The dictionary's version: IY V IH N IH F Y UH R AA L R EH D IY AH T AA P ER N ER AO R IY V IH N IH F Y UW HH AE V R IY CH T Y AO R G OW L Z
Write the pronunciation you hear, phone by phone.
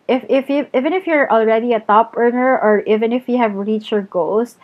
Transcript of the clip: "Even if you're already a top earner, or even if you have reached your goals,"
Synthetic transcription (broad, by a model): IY V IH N IH F Y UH R AA L R EH D IY AH T AA P ER N ER AO R IY V IH N IH F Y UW HH AE V R IY CH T Y AO R G OW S